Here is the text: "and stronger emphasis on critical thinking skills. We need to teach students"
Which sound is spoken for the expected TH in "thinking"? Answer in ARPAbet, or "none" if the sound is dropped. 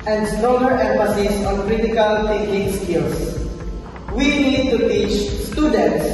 T